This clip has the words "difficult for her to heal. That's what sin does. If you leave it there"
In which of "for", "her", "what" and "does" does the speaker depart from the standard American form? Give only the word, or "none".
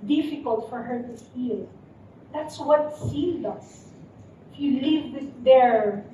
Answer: does